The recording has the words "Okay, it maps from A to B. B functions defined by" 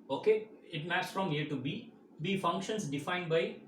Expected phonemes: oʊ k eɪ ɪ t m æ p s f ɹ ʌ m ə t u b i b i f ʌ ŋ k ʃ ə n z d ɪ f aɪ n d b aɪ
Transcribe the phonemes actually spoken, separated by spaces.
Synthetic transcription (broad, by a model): oʊ k eɪ ɪ t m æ s f ɹ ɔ m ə t u b i b i f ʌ ŋ k ʃ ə n s d ɪ f aɪ n d b aɪ